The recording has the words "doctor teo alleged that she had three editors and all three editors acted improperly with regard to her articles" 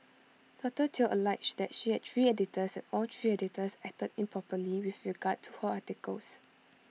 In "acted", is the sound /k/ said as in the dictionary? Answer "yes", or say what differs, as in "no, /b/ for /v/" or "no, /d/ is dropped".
no, /k/ is dropped